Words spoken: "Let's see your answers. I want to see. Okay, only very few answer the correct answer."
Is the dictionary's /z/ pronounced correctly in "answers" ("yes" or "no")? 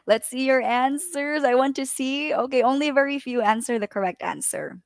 yes